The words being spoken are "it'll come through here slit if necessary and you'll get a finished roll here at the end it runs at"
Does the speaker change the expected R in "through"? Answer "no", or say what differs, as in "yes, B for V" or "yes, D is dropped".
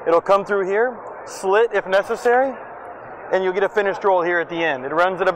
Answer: no